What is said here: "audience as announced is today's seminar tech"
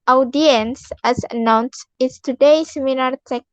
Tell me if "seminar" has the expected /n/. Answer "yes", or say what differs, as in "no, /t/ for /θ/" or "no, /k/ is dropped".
no, /l/ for /n/